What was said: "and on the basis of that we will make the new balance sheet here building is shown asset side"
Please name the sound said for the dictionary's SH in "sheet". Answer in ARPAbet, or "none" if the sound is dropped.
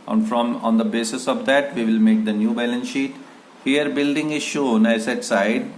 SH